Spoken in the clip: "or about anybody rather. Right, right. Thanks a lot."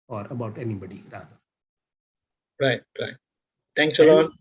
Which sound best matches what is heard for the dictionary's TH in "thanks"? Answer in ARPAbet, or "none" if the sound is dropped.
T